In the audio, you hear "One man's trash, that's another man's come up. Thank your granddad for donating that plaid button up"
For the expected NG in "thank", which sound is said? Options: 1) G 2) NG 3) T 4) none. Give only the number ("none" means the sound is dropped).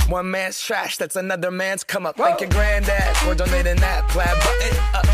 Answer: 4